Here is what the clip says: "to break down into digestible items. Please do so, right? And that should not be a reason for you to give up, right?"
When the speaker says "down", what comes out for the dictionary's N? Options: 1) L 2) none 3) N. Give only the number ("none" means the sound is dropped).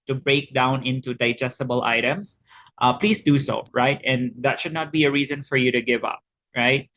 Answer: 3